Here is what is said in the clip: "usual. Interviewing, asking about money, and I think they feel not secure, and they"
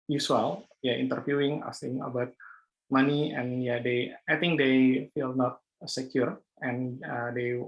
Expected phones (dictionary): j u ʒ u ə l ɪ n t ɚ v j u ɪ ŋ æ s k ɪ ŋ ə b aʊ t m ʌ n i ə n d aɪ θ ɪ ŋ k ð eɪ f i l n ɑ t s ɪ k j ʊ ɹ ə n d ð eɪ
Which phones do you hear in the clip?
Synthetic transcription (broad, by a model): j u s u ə l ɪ n t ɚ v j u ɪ ŋ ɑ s ɪ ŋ ə b aʊ t m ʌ n i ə n d aɪ t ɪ ŋ k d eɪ f i l n ɑ t s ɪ k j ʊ ɹ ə n d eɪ